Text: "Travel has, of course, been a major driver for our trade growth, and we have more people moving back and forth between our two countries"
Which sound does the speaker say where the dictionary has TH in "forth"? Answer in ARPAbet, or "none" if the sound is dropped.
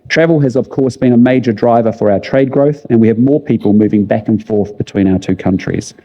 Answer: TH